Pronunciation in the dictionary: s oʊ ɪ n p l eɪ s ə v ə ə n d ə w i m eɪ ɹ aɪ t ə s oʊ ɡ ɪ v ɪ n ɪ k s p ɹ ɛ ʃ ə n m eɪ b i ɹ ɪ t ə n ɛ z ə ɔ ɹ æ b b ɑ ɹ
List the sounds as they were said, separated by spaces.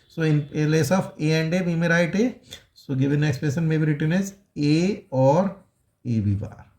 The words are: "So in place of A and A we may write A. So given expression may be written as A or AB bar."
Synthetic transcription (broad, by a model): s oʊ ɪ n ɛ l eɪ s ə f ə ə n d ə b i m eɪ ɹ aɪ t ə s oʊ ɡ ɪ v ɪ n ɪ k s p ɛ s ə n m eɪ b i ɹ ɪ t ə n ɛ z ə ɔ ɹ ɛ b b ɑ ɹ